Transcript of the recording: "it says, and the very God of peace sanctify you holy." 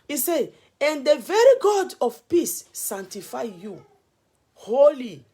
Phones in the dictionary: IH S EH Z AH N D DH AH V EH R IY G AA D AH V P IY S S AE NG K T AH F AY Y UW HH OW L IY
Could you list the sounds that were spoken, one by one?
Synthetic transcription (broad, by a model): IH S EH AH N D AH V EH R IY G AA D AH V P IY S S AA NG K T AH F AY Y UW HH OW L IY